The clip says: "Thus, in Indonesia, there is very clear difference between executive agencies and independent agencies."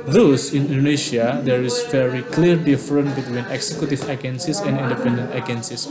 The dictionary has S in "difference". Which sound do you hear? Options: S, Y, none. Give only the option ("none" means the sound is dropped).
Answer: none